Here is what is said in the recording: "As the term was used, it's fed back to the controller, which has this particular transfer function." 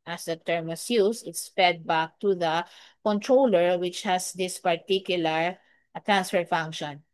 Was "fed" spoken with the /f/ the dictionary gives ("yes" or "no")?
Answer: no